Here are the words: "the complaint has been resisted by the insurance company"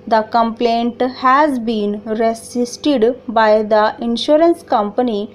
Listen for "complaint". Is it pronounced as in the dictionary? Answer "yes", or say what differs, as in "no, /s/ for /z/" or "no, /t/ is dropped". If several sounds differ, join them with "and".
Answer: yes